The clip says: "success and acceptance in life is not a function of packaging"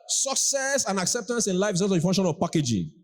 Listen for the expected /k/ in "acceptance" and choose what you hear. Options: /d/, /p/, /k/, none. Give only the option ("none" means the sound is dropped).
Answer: /k/